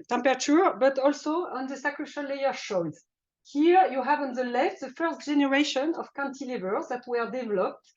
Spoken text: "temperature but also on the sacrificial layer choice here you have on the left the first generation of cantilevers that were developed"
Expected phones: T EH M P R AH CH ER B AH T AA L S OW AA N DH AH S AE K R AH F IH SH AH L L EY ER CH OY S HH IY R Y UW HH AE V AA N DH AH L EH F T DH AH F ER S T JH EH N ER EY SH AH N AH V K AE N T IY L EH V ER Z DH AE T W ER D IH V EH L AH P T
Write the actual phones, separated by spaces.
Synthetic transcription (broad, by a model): T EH M P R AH CH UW B AH T AA L S OW AA N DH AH S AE K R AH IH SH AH N L EY ER SH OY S HH IY R Y UW HH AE V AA N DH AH L EH F T DH AH F ER S T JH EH N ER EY SH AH N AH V K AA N T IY L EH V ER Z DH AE T W ER D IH V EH L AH P T